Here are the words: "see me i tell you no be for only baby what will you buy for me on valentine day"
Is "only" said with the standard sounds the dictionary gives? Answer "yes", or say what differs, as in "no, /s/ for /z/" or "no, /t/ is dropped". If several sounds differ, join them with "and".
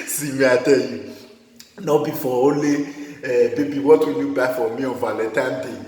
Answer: no, /n/ is dropped